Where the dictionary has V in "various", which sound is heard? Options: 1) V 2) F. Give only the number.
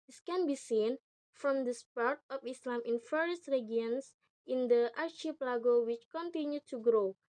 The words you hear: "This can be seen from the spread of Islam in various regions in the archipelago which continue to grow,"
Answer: 2